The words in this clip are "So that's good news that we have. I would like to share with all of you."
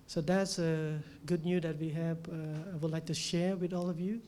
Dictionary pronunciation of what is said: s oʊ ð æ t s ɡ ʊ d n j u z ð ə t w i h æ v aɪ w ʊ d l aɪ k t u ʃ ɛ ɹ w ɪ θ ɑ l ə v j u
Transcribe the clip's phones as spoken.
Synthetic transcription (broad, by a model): s oʊ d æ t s ɡ ʊ d n j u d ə t w i h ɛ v aɪ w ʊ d l aɪ k t u ʃ ɛ ɹ w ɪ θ ɑ l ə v j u